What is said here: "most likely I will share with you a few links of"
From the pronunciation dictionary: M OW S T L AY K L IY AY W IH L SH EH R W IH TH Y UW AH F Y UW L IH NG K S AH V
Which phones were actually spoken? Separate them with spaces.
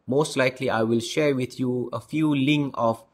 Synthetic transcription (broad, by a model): M OW S T L AY K L IY AY W IH L SH EH R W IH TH Y UW AH F Y UW L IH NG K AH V